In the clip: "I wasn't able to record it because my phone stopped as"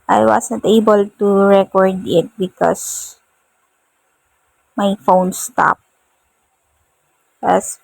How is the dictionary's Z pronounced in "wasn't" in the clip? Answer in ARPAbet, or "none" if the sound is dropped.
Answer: S